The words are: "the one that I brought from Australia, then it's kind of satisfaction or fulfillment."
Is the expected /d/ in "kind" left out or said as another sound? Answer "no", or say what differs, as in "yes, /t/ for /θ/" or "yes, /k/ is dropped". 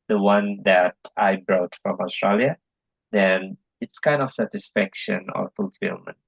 no